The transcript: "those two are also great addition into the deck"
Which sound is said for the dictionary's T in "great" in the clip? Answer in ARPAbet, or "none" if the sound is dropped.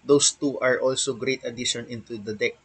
T